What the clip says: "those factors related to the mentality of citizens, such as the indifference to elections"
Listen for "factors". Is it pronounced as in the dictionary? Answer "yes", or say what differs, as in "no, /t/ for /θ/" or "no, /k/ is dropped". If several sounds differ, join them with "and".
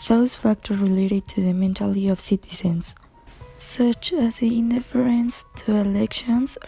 no, /z/ is dropped